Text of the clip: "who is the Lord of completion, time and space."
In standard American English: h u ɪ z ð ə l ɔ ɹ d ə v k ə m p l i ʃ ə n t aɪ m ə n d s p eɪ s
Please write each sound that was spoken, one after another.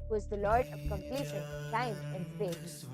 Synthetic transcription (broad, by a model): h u ɪ z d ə l ɔ ɹ d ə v k ə m p l i ʃ ə n s aɪ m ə n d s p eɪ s